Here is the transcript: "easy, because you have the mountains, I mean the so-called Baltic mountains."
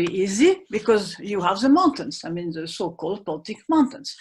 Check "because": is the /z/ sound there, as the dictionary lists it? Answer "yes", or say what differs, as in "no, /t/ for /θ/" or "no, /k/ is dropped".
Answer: yes